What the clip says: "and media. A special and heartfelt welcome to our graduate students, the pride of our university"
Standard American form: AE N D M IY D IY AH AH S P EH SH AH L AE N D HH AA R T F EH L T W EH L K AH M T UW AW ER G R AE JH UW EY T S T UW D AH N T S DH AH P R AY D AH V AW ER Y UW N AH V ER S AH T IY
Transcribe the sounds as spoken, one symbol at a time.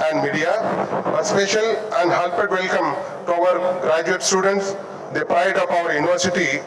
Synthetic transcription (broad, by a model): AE N D M IY D IY AH AH S P EH SH AH L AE N D HH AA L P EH T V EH L K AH M T UW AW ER G R AE JH UW EY T S T UW D AH N T S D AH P R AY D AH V AW ER Y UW N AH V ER S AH T IY